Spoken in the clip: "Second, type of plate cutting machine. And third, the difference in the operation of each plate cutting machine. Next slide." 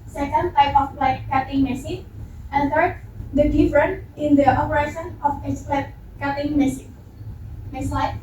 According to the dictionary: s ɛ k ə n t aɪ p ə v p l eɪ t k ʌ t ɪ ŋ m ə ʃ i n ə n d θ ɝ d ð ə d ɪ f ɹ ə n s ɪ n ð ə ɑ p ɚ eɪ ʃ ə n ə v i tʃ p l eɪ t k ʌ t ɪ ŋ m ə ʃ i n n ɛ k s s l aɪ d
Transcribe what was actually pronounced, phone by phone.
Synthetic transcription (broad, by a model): s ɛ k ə n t aɪ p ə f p l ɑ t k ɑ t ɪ ŋ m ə s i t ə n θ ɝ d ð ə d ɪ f ɹ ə n ɪ n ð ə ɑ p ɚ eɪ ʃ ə n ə f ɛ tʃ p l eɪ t k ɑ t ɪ ŋ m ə s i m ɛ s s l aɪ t